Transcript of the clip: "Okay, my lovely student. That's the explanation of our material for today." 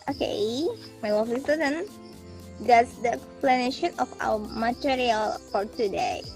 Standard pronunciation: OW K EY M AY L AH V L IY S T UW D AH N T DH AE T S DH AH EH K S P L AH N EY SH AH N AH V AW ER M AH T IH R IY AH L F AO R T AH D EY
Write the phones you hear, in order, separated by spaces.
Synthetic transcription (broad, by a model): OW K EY M AY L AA F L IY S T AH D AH N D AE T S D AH EH K S P L AH N EY SH AH N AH F AW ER M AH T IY R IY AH L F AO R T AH D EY